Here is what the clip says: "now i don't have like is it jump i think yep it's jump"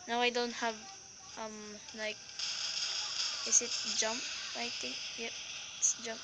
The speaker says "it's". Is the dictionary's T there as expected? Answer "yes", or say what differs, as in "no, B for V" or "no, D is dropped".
yes